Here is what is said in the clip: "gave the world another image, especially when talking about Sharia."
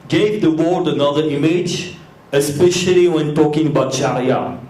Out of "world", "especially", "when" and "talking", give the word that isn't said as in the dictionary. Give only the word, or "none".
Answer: world